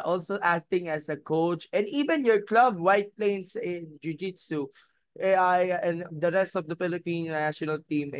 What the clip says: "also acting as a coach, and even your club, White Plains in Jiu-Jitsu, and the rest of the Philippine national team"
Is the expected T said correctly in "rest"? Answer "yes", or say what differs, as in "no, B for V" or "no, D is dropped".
yes